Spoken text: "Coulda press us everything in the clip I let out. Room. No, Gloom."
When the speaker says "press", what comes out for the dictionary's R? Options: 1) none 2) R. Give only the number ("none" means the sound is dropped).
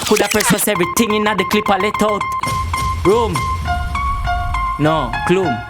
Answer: 1